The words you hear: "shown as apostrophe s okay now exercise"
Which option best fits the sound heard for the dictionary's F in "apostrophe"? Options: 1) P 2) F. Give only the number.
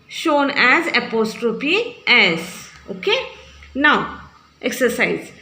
1